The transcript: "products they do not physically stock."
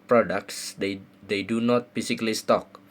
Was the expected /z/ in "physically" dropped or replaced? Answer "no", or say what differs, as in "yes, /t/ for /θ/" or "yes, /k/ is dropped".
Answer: yes, /s/ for /z/